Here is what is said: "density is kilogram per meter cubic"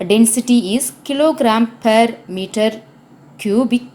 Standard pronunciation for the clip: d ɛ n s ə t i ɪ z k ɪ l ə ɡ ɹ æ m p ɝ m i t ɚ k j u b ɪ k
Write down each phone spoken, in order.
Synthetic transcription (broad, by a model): d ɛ n s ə t i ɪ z k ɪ l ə ɡ ɹ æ m p ɝ m i t ɚ k j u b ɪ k